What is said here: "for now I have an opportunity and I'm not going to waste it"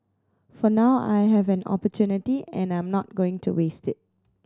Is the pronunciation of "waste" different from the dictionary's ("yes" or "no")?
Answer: no